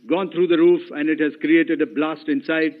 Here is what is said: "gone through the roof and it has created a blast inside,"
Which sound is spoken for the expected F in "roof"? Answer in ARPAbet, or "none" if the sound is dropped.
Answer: F